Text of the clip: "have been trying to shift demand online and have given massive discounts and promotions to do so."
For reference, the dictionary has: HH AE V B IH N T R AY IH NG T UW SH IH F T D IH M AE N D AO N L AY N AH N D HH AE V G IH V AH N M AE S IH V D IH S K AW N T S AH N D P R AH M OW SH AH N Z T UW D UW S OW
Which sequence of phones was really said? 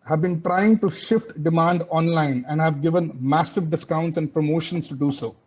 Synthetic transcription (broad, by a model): HH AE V B IH N T R AY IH NG T UW SH IH F T D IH M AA N D AO N L AY N AH N D HH AE V G IH V AH N M AE S IH V D IH S K AW N T S AH N D P R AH M OW SH AH N S T UW D UW S OW